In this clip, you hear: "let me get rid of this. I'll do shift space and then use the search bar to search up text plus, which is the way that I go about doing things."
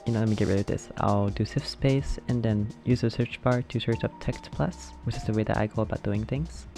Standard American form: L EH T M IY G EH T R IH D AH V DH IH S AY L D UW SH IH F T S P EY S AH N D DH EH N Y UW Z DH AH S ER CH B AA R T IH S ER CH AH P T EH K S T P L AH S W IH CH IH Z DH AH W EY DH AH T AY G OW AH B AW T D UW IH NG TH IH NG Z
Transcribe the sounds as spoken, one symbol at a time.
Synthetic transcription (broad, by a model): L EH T M IY G EH T R IH D AH V DH IH S AY L D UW S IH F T S P EY S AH N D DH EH N Y UW Z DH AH S ER CH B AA R T IH S ER CH AH P T EH K S T P L AH S W IH CH IH Z DH AH W EY DH AH T AY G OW AH B AW T D UW IH NG TH IH NG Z